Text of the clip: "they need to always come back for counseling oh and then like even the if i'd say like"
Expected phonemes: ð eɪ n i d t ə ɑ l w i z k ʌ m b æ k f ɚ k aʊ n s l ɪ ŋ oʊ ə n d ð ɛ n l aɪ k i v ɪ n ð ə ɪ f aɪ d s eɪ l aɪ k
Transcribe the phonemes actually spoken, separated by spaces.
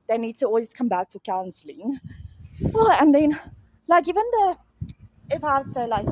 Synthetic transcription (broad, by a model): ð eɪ n i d t ə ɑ l w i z k ʌ m b æ k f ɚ k aʊ n s l ɪ ŋ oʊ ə n ð ɛ n l aɪ k i v ɪ n ð ə ɪ f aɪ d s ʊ l aɪ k